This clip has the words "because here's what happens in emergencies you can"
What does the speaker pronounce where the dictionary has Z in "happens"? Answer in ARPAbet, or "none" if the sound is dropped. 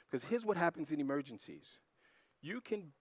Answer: Z